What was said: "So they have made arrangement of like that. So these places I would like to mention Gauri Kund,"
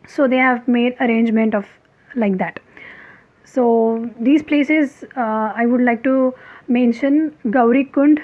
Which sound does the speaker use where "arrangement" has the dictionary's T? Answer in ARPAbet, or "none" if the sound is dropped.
T